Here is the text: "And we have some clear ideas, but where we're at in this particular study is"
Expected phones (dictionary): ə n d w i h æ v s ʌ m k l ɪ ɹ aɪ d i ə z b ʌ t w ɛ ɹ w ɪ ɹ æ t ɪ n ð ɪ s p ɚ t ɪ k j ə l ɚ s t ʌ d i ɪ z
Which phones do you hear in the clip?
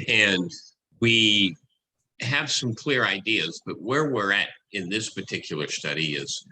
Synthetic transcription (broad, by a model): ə n w i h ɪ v s ʌ m k l ɪ ɹ aɪ d i ə z b ʌ t w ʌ ɹ w ɪ ɹ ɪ t ɪ n ð ɪ s p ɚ t ɪ k j l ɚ s t ʌ d i ɪ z